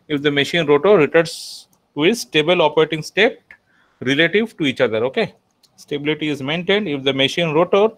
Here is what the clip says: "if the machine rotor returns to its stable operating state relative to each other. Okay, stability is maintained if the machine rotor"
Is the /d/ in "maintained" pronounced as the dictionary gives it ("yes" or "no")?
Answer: yes